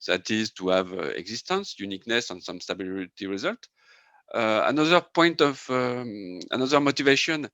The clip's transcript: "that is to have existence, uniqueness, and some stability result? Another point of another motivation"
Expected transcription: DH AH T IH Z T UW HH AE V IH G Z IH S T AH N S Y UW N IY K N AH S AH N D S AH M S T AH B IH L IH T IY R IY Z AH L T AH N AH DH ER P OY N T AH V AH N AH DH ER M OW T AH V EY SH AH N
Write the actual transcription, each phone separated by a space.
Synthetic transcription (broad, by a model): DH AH T IH Z T UW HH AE V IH G Z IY S T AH N S Y UW N IY K N AH S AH N S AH M S T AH B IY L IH T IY R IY Z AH L T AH N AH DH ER P OY N T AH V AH N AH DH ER M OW T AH V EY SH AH N